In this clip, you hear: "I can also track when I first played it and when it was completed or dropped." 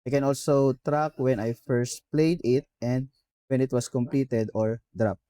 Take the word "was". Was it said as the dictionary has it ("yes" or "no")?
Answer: no